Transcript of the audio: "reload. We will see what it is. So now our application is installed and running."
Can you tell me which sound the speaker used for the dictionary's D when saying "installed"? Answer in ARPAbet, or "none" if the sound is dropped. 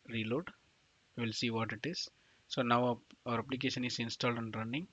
D